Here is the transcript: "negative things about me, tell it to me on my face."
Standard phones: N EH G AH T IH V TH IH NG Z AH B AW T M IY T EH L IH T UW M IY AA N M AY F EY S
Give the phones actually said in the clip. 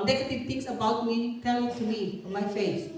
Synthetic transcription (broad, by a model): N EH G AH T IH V T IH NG S AH B AW T M IY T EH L T UW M IY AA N M AY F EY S